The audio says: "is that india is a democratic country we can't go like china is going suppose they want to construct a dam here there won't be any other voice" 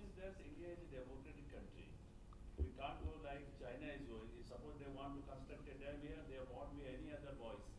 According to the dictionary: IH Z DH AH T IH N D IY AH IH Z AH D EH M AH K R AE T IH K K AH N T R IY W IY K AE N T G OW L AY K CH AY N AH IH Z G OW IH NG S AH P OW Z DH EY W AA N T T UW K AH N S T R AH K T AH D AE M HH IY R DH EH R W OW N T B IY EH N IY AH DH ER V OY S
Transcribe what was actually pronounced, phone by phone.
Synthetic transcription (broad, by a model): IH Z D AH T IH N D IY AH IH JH AH D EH M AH K R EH T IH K K AH N T R IY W IY K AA N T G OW L AY K CH AY N AH IH Z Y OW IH S AH P OW Z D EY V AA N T T UW K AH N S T AH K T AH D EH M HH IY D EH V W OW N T B IY EH N IY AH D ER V OY S